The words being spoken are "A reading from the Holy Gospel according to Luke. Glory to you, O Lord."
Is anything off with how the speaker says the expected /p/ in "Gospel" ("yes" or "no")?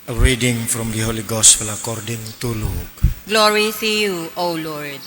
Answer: yes